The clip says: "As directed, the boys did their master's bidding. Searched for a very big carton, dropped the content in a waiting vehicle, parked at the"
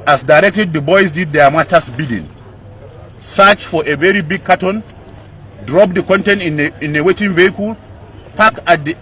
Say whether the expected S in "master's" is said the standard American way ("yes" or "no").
no